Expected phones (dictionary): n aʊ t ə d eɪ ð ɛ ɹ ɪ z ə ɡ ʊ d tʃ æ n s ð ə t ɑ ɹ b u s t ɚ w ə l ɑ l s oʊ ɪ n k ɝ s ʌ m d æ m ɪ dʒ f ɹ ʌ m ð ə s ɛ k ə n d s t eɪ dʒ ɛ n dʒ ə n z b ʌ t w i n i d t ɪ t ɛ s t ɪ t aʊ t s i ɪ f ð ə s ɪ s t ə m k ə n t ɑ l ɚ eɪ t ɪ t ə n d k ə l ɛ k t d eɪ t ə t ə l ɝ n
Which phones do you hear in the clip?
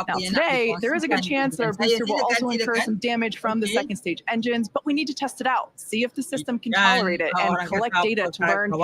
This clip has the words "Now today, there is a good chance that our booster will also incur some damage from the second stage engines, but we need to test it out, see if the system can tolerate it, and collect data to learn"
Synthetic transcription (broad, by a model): n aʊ t ə d eɪ ð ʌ ɹ ɪ z ə ɡ ʊ d tʃ æ n s ð ə t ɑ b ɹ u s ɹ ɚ w ə l ɑ l s oʊ ɪ n k ɝ s ʌ m d æ m ɪ dʒ f ɹ ʌ m ð ə s ɛ k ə n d s t eɪ dʒ ɛ n dʒ ə n z b ʌ t w i n i d t ɪ t ɛ s t ɪ t aʊ t s i ɪ f ð ə s ɪ s t ə m k ə n t ɑ l ɚ eɪ t ɪ t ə n k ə l ɛ k d eɪ t ə t ə l ɝ n